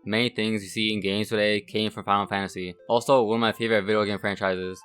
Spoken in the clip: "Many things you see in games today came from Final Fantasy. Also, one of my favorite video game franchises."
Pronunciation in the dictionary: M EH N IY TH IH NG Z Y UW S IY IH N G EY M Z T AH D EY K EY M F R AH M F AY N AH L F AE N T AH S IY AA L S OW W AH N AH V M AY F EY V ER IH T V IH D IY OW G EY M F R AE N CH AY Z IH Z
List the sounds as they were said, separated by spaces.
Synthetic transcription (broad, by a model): M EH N IY TH IH NG Z Y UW S IY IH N G EY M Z T AH D EY K EY M F R AH M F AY AH F AE N T AH S IY AA L S OW W AH N AH V M AY F EY V ER IH T V IH D IY OW G EY M F R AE N CH AY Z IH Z